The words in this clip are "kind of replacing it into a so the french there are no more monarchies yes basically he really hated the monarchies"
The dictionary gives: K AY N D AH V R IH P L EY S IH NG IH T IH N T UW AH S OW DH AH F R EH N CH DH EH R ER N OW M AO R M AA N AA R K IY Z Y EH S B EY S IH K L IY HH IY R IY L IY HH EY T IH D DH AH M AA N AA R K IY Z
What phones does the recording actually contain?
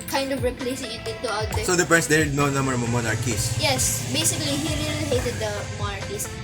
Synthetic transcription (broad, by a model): K AY N D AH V R IH P L EY S IH NG IH T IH N T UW AH S OW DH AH P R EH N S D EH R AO N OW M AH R M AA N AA R K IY S Y EH S B EY S IH K L IY HH IY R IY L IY HH EY T IH D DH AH M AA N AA R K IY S